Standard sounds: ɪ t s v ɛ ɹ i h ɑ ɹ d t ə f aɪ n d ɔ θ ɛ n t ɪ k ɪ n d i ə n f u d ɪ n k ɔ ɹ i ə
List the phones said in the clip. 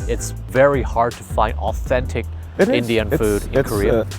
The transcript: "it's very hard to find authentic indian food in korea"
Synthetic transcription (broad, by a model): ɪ t s v ɛ ɹ i h ɑ ɹ d t ə f aɪ n d ɔ θ ɛ n t ɪ k ɪ n d i ə n f u d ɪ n k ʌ ɹ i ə